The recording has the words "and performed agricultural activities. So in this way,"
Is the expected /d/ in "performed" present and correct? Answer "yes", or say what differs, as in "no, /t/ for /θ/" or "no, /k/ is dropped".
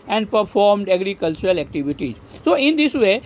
yes